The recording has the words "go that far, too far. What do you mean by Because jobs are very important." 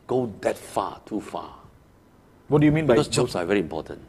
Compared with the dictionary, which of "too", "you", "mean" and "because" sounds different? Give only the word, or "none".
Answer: because